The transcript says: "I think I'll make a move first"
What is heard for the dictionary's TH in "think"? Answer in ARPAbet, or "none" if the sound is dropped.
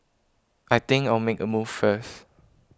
T